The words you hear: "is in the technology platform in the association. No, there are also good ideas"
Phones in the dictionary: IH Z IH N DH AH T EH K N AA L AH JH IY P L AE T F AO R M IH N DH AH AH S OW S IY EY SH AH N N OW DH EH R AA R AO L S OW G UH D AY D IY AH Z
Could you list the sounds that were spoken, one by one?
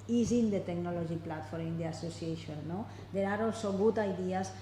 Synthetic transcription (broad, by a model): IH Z IH N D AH T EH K N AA L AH ZH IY P L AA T F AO R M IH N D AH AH S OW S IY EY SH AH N N OW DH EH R AA R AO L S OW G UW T AY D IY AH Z